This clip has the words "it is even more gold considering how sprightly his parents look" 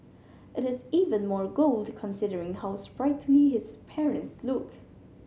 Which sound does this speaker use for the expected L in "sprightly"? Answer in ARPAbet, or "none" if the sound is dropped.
N